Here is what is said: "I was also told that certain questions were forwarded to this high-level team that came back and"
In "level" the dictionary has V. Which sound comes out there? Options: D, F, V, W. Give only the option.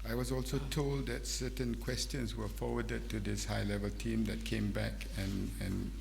V